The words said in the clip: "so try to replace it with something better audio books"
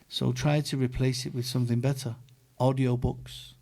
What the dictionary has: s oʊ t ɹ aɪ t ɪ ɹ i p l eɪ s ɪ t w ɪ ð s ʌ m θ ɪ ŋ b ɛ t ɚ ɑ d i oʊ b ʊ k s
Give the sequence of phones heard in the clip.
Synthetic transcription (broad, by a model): s oʊ t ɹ aɪ t ɪ ɹ i p l eɪ s ɪ t w ɪ ð s ʌ m θ ɪ ŋ b ɛ t ɚ ɑ d i oʊ b ʊ k s